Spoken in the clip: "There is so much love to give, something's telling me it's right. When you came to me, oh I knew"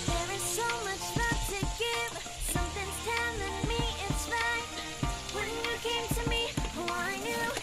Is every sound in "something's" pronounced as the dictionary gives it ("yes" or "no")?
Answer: no